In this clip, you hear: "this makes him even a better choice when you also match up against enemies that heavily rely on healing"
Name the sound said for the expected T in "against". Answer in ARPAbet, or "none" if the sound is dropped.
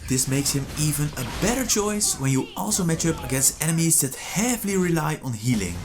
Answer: none